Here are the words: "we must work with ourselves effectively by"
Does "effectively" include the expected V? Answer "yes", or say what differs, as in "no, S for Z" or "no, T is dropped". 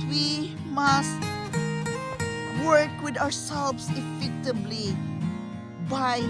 no, B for V